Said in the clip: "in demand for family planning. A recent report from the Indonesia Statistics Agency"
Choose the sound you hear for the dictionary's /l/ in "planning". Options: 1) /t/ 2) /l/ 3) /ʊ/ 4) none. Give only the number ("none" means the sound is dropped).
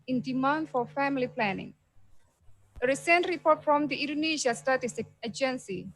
2